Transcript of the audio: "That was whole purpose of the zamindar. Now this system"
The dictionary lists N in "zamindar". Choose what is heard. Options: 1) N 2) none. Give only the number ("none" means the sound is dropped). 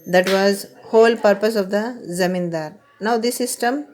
1